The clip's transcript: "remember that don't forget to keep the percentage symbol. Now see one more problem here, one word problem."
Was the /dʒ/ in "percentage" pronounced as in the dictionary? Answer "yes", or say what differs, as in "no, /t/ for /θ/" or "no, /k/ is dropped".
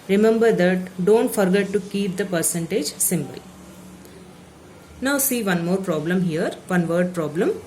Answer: yes